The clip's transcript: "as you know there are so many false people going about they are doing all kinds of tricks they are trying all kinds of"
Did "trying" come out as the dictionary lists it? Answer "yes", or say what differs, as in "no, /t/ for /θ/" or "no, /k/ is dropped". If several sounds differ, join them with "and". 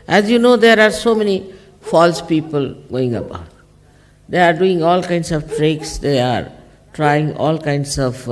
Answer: yes